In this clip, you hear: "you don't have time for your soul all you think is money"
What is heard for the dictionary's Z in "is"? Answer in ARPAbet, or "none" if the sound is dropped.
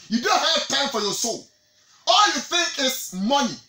S